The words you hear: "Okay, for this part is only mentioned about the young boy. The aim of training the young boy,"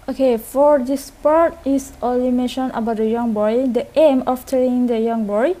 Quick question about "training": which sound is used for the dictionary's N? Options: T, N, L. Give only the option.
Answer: L